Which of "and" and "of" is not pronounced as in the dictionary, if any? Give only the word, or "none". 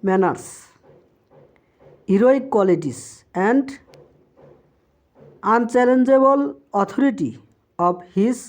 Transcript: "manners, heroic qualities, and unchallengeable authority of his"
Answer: of